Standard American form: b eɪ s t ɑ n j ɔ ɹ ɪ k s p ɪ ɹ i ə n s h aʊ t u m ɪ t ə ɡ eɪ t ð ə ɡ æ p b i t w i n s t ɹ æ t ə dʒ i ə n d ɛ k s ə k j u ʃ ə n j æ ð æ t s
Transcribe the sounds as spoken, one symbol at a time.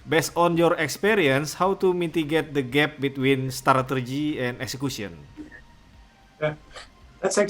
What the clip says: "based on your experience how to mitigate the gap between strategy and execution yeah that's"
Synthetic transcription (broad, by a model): b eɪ s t ɑ n j ɔ ɹ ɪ k s p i ɹ i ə n s h aʊ t u m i t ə ɡ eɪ t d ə ɡ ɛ p b i t w i n s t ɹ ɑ t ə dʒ i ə n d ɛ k s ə k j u s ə n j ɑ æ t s